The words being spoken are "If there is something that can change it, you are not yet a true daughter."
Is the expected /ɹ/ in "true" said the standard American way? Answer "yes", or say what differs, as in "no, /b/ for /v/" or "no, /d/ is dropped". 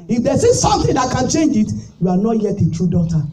yes